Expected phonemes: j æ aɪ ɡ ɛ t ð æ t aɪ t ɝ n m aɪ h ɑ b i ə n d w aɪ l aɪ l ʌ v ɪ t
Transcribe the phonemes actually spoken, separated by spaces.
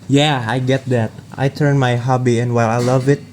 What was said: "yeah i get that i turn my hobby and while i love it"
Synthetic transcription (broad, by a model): j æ aɪ ɡ ɛ t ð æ t aɪ t ɝ n m aɪ h ɑ b i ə n w aɪ l aɪ l ʌ v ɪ t